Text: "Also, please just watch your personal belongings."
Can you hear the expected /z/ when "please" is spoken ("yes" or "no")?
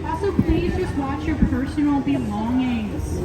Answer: yes